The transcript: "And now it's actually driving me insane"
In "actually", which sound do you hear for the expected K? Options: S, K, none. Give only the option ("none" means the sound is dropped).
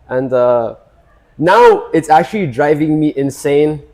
K